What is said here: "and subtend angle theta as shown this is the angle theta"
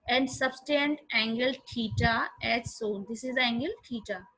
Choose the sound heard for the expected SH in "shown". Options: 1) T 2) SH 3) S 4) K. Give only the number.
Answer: 3